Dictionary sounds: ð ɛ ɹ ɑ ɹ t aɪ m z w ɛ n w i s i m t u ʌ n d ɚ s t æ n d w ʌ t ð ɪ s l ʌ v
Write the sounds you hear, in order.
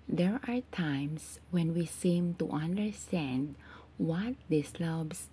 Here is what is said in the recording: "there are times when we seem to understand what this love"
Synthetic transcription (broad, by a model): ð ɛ ɹ ɑ ɹ t aɪ m s w ɛ n w i s i m t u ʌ n d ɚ s t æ n d w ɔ t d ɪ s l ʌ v